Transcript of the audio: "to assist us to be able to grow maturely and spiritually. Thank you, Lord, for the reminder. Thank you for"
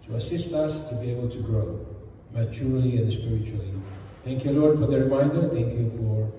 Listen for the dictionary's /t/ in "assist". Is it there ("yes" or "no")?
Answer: yes